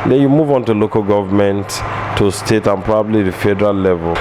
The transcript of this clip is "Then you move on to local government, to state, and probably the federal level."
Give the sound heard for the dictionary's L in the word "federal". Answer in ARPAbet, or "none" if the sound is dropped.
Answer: L